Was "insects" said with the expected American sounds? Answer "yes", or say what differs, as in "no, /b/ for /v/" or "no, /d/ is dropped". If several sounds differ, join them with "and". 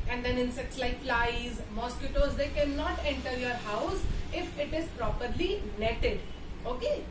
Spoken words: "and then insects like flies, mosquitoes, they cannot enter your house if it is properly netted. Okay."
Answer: yes